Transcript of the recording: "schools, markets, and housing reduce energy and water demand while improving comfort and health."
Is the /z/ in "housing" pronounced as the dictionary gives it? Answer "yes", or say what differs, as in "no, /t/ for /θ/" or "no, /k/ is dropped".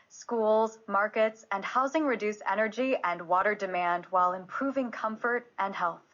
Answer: yes